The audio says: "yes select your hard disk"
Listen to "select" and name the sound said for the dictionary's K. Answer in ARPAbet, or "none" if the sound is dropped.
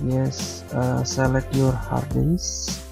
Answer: none